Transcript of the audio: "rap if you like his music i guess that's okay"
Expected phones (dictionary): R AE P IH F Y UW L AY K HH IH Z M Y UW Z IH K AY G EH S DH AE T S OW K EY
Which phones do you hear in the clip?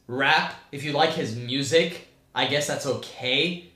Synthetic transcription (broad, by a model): R AE P IH F Y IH L AY K HH IH Z M Y UW Z IH K AY G EH S DH AE T S OW K EY